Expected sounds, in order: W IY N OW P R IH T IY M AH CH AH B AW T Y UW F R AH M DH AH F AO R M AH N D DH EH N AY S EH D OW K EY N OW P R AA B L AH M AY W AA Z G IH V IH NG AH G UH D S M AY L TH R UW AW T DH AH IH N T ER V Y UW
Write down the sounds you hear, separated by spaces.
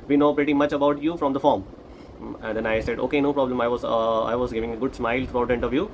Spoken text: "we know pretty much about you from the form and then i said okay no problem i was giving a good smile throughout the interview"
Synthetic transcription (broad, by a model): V IY N OW P R IH T IY M AH CH AH B AW T Y UW F R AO M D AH F AO R M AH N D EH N AY S EH D OW K EY N OW P R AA B L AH M AY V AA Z G IH V IH NG AH G UH D S M AY L T R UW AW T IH N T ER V Y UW